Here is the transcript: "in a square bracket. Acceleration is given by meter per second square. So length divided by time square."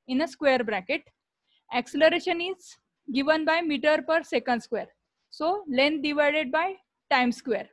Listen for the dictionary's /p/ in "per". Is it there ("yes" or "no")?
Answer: yes